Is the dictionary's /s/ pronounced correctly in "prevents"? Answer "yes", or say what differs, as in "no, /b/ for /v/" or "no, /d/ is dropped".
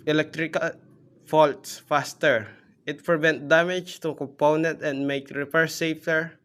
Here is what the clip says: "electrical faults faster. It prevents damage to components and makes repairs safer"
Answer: no, /s/ is dropped